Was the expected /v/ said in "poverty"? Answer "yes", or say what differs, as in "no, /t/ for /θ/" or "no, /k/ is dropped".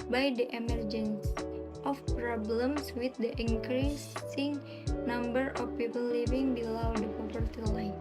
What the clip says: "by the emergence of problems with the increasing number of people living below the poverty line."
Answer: no, /p/ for /v/